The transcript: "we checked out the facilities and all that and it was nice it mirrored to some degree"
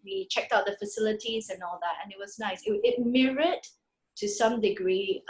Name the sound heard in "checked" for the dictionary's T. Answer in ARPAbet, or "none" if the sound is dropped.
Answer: T